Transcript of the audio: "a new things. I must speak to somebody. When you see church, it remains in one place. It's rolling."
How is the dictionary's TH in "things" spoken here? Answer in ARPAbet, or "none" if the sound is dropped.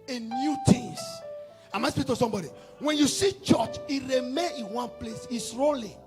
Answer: T